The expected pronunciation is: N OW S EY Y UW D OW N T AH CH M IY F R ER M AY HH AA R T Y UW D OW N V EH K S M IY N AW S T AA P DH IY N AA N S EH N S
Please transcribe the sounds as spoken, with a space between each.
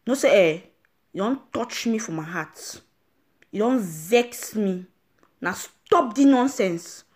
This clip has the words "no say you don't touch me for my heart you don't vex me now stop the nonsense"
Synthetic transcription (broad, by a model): N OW S EY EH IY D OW N T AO CH M IY F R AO M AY HH AA T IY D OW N V EH K S M IY N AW S T AA P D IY N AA N S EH N S